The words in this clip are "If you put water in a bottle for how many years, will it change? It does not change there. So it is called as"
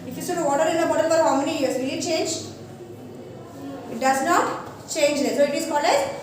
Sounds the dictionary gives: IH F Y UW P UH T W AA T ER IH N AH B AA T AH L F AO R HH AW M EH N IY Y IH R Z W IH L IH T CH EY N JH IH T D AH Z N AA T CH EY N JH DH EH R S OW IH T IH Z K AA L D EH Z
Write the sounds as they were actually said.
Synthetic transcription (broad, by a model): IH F Y UW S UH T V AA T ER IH N AH B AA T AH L F AO R HH AW M EH N IY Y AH R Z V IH L IH T CH EY N JH IH T D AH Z N AA T CH EY N JH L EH S OW IH T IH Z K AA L EH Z